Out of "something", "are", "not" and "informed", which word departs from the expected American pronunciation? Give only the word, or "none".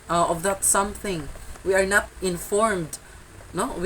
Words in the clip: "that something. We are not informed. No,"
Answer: none